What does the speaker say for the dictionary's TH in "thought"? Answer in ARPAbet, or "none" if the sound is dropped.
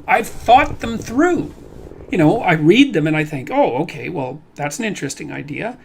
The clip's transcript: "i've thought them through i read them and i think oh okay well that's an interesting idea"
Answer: TH